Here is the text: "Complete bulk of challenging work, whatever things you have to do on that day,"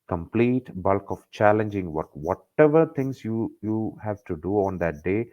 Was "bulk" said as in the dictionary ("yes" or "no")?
yes